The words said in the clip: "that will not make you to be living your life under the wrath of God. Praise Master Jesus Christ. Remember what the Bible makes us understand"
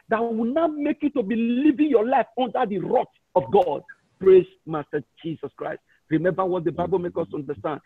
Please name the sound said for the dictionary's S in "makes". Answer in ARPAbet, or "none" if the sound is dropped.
none